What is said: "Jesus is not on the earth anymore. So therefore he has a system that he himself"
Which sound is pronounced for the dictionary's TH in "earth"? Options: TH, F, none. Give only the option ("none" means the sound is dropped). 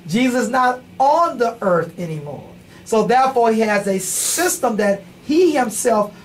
TH